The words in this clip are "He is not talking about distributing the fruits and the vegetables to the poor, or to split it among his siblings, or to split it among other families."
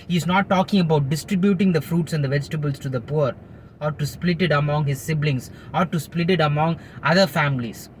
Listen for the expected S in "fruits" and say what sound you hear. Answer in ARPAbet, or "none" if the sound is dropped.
S